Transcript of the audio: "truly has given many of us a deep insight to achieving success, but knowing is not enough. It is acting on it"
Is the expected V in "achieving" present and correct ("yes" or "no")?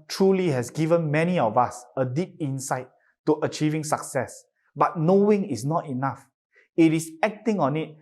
yes